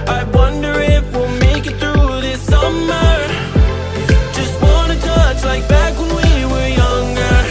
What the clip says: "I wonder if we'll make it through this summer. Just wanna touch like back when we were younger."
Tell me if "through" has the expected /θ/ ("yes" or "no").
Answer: yes